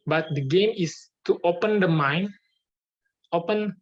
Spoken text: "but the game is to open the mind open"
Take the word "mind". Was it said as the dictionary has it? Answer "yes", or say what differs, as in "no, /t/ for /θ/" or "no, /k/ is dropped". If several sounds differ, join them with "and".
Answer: no, /d/ is dropped